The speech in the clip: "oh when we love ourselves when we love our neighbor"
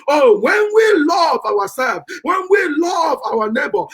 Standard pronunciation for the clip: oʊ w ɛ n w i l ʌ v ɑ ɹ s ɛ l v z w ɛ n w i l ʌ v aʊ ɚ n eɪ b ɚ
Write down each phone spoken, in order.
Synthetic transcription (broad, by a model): oʊ w ɛ n w i l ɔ v ɑ w s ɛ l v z w ɛ n w i l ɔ v aʊ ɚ n eɪ b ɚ